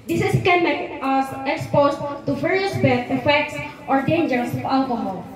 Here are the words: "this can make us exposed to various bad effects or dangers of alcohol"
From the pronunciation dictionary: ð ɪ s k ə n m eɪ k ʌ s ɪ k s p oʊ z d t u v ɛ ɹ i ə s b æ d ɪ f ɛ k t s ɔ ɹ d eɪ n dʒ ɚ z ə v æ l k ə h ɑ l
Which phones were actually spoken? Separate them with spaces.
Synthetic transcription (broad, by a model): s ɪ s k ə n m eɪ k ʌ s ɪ k s p oʊ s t t u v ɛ ɹ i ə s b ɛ ɪ f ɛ k t s ɔ ɹ d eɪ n dʒ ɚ s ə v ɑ l k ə h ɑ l